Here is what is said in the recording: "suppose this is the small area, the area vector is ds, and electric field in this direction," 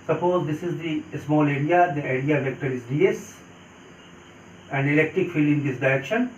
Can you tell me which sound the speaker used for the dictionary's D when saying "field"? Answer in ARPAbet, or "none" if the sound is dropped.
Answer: none